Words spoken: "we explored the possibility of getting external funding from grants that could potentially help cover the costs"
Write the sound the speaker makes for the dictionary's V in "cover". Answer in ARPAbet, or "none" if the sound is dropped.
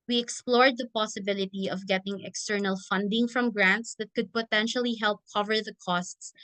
V